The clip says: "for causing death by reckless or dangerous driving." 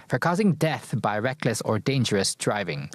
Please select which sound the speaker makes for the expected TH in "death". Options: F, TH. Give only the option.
TH